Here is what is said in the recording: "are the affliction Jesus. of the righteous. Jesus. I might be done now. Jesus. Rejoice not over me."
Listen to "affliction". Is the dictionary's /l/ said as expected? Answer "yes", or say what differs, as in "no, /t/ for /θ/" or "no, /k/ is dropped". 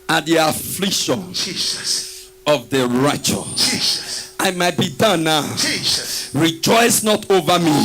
yes